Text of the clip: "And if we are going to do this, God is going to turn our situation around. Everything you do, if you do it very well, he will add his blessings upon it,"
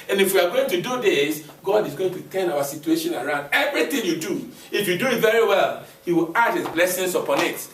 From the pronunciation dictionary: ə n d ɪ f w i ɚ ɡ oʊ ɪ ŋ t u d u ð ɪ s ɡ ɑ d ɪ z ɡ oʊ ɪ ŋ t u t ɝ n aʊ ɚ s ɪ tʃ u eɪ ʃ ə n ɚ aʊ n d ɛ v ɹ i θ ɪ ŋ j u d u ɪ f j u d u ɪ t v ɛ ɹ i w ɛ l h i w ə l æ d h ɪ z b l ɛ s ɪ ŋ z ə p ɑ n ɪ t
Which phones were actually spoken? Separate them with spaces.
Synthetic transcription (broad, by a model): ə n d ɪ f w i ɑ ɡ oʊ ɪ ŋ t u d u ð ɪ s ɡ ɑ d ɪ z ɡ oʊ ɪ ŋ t u t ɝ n aʊ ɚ s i tʃ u eɪ ʃ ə n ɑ aʊ n d ɛ v ɹ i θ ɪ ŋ j u d u ɪ f j u d u ɪ t v ɛ ɹ i w ɛ l h i w ə l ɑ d h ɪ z b l ɛ s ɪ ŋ s ə p ɑ n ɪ t